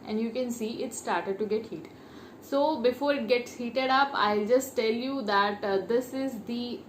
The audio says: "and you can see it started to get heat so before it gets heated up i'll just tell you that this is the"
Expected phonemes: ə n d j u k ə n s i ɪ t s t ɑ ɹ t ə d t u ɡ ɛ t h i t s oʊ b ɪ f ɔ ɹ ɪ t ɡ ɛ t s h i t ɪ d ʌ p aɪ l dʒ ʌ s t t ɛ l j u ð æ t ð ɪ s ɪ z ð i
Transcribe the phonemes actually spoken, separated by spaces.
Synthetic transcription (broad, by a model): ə n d j u k ə n s i ɪ t s t ɑ ɹ t ə d t u ɡ ɛ t h i t s oʊ b ɪ f ɔ ɹ ɪ t ɡ ɛ t s h i t ɪ d ʌ p aɪ l dʒ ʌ s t t ɛ l j u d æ t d ɪ s ɪ z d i